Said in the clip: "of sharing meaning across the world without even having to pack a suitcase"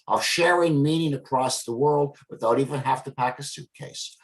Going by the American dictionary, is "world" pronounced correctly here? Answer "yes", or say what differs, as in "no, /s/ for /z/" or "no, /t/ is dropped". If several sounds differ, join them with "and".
yes